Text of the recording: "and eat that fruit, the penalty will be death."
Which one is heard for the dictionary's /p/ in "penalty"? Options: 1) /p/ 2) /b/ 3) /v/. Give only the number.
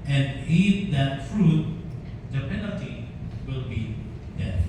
1